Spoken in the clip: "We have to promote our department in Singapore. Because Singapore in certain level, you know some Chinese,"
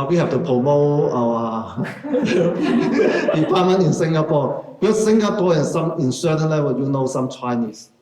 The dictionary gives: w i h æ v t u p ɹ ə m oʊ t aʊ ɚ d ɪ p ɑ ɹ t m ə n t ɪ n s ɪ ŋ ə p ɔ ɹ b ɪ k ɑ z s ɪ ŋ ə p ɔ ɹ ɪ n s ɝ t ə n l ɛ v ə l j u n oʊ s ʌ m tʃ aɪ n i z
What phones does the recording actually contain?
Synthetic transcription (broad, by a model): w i h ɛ f t u p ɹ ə m oʊ aʊ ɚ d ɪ p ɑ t m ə n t ɪ n s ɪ ŋ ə p ɔ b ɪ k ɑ s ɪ ŋ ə p ɔ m ɪ n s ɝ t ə n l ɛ w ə j u n oʊ s ʌ m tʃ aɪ n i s